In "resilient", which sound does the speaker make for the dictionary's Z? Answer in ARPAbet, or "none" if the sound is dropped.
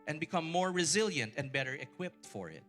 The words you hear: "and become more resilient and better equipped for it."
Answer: Z